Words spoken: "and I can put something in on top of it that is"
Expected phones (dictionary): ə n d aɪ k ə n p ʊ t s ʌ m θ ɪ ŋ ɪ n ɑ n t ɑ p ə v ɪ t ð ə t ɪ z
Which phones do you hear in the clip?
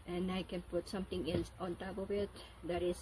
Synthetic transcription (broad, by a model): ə n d aɪ k ə n p ʊ t s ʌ m t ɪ ŋ ɪ n ɑ n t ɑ b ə w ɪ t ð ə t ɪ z